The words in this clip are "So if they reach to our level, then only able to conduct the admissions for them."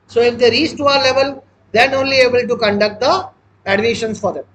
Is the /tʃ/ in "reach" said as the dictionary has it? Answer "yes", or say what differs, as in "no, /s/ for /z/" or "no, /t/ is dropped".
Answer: no, /s/ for /tʃ/